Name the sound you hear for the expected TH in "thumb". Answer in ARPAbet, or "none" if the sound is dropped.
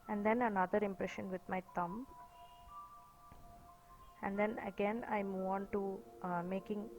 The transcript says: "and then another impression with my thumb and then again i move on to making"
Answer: T